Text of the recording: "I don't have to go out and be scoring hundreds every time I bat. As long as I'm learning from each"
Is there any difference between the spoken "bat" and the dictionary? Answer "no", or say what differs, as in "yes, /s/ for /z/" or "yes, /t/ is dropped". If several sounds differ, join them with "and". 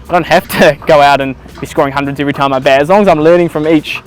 yes, /t/ is dropped